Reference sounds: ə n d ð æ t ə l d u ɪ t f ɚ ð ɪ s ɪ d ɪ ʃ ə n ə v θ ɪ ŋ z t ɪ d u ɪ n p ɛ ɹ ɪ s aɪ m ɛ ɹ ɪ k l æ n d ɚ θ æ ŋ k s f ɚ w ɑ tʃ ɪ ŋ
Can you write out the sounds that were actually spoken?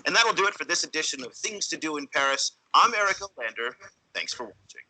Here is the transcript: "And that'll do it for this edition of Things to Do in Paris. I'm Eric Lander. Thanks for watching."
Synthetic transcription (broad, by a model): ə n ð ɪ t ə l d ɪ ɪ t f ɚ ð ɪ s ɪ d ɪ ʃ ə n ə v θ ɪ ŋ z t ɪ d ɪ ɪ n p ɛ ɹ ɪ s aɪ m ɛ ɹ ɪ k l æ n d ɚ θ æ ŋ k s f ɚ w ɑ tʃ ɪ ŋ